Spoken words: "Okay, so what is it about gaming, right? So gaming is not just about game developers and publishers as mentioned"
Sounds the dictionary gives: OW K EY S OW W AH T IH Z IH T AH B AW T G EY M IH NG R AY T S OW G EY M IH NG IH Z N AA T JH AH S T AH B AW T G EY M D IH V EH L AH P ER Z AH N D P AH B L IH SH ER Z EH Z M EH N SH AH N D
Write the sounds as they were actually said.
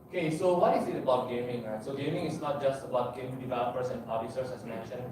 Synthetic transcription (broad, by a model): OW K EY S OW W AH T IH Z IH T AH B AW T G EY M IH NG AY S OW G EY M IH NG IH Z N AA T JH AH S T AH B AW T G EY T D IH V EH L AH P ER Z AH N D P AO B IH S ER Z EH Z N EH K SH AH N